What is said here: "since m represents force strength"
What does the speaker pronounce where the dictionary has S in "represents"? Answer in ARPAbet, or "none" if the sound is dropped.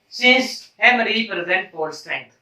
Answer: none